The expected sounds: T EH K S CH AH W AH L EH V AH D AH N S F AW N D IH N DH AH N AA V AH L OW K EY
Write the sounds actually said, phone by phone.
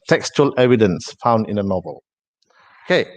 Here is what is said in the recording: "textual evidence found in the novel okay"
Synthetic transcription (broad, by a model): T EH K S CH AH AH L EH V AH D AH N S F AW N D IH N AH N AA V AH L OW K EY